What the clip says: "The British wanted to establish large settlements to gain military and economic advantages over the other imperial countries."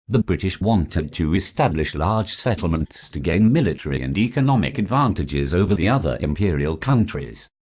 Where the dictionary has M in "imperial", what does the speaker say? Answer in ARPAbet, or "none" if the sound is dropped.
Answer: M